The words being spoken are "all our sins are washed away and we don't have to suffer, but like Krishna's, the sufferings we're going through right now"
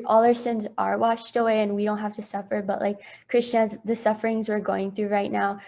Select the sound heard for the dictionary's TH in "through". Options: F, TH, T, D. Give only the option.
TH